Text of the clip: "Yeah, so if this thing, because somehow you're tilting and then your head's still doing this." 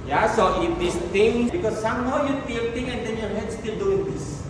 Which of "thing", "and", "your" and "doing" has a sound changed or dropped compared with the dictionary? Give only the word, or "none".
thing